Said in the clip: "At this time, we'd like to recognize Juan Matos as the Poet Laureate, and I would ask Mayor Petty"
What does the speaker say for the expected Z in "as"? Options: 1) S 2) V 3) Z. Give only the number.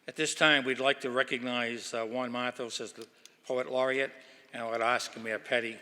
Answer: 3